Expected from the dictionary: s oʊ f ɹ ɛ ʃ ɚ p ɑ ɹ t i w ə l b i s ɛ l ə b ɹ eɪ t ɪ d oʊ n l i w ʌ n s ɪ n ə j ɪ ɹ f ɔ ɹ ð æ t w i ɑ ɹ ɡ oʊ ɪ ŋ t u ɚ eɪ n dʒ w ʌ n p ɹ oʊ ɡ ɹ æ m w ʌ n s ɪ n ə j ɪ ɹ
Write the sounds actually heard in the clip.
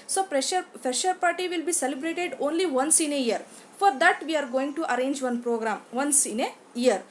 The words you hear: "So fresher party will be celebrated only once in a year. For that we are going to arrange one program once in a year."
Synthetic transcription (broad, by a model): s oʊ p ɹ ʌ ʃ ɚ p ɑ ɹ t i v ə l b i s ɛ l ə b ɹ eɪ t ɪ d oʊ n l i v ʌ n s ɪ n ə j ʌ ɹ f ɔ ɹ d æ t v i ɑ ɹ ɡ oʊ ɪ ŋ t u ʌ eɪ n dʒ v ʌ n p ɹ oʊ ɡ ɹ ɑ m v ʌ n s ɪ n ə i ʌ ɹ